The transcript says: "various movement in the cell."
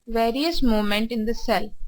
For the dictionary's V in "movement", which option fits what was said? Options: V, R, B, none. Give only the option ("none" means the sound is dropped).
none